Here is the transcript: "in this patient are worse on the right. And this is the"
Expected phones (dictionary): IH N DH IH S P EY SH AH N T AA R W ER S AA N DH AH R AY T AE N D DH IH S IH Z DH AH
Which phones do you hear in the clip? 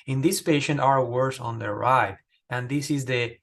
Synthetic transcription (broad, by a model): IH N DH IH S P EY SH AH N T AA R W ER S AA N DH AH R AY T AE N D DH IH S IH Z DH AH